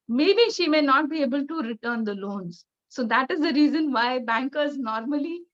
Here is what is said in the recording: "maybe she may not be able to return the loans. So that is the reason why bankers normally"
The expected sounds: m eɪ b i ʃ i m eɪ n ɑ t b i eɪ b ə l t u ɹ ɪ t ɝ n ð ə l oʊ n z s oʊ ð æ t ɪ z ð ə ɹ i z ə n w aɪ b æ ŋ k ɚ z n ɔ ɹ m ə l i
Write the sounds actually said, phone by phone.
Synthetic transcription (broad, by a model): m eɪ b i ʃ i m eɪ n ɑ t b i eɪ b ə l t u ɹ ɪ t ɝ n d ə l oʊ n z s oʊ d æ t ɪ z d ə ɹ i z ə n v aɪ b æ ŋ k ɚ z n ɔ ɹ m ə l i